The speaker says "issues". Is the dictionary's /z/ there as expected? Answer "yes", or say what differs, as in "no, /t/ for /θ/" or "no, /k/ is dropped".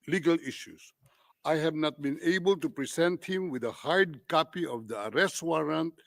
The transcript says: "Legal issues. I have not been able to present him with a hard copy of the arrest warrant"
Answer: no, /s/ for /z/